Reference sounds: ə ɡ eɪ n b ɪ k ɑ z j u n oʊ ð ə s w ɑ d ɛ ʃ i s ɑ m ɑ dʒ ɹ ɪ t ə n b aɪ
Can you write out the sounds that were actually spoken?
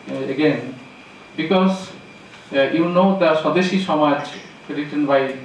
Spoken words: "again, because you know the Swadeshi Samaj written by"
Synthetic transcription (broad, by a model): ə ɡ eɪ n b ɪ k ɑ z j u n oʊ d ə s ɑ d ɛ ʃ i ʃ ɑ m ɑ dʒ ɹ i t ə n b aɪ